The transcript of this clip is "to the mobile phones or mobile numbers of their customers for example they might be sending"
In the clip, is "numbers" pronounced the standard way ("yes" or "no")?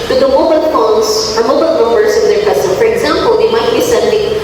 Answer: no